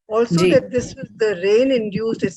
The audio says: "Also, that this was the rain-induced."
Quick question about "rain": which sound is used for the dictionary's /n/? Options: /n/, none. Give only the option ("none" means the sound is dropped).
/n/